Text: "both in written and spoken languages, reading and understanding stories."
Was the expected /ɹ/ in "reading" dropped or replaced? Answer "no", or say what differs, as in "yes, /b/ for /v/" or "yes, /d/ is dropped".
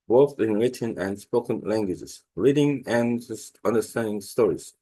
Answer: no